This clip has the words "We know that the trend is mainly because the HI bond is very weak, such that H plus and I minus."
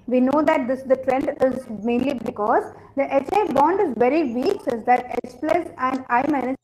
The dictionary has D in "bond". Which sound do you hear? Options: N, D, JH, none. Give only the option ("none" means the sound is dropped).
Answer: D